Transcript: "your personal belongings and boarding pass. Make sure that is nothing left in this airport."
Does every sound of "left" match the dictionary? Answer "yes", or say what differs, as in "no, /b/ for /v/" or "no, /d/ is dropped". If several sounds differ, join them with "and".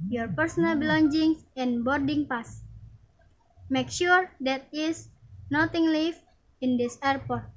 no, /t/ is dropped